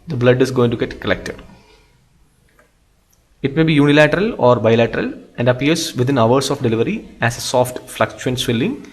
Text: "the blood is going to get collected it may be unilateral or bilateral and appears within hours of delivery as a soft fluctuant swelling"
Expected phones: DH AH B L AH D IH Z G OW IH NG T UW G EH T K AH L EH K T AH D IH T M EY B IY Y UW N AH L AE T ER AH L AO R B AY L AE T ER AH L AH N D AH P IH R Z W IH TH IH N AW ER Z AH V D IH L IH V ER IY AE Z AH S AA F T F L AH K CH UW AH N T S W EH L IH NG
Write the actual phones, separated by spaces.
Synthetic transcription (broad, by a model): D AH B L AH D IH Z G OW IH NG T UW G EH T K AH L EH K T AH D IH T M EY B IY Y UW N AH L AE T ER AH L AO R B AY L AE T ER AH L AH N D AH P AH R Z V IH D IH N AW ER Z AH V D IH L IH V ER IY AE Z AH S AA F T F L AH K CH UW AH N T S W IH L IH NG